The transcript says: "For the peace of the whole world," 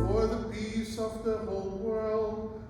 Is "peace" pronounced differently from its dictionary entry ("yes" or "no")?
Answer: yes